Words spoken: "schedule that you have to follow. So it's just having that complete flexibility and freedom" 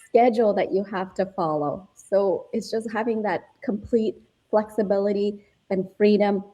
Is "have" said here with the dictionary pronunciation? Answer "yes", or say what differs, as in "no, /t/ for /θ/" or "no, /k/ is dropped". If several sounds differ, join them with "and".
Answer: no, /f/ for /v/